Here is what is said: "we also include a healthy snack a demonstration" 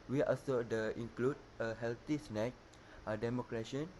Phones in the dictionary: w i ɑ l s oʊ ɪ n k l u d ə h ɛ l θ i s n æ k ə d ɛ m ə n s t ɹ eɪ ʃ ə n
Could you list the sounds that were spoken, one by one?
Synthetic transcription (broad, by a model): w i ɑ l s oʊ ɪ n k l u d ə h ɛ l t i s n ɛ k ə d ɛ m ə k ɹ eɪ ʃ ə n